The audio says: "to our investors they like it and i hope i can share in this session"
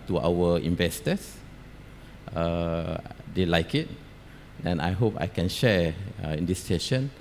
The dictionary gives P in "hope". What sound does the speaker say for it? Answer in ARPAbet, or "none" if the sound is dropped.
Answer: P